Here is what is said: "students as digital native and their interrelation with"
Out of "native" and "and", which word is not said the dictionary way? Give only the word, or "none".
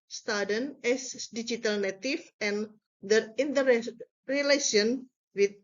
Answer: native